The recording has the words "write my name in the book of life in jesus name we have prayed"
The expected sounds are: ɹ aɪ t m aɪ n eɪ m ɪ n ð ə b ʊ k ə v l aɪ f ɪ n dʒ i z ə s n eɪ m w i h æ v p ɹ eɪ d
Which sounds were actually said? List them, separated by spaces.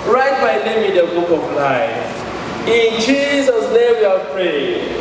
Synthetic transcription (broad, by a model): ɹ aɪ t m aɪ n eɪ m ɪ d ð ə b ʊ k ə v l aɪ ɪ n dʒ i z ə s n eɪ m w i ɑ p ɹ eɪ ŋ